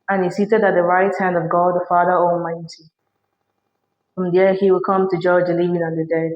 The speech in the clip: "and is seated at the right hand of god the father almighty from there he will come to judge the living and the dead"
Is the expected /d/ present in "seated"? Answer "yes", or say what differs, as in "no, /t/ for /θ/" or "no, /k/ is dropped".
yes